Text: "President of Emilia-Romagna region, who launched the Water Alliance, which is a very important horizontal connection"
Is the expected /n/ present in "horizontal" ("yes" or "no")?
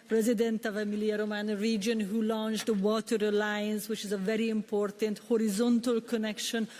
yes